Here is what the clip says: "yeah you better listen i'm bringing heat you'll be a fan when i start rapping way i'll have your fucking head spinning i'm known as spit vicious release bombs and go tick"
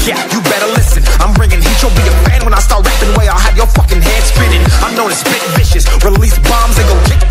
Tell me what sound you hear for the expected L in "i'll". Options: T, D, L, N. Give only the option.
L